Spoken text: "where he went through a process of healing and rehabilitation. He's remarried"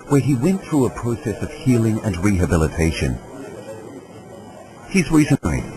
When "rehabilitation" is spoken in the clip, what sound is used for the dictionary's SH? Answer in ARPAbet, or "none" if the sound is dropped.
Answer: SH